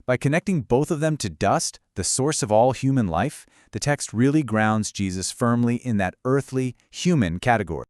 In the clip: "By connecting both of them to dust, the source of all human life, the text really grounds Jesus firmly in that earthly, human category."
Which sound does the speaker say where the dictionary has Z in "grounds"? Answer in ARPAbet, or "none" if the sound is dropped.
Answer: Z